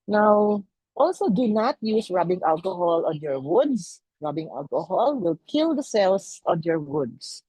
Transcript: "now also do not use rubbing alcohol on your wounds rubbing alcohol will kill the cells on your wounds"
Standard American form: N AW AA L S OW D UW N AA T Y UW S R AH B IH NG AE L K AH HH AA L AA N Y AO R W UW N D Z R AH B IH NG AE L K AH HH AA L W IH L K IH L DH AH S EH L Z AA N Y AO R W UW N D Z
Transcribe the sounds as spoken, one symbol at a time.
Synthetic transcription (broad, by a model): N AW AA L S OW D UW N AA T Y UW S R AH B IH NG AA L K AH HH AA L AA N Y AO R W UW D S R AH B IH NG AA L K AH HH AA L W IH L K IH L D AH S EH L S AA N Y AO R W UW D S